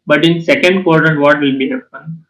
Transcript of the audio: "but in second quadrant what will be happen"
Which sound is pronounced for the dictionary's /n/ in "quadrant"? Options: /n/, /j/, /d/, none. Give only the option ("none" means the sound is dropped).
none